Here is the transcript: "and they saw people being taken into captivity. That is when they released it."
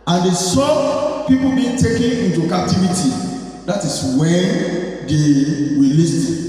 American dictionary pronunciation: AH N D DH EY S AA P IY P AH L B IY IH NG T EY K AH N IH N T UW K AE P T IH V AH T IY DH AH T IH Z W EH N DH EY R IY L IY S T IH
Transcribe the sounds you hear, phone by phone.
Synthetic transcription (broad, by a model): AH N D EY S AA P IY P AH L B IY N T EY K AH N IH N T UW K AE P T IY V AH T IY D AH T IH S W EH N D EY W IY L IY S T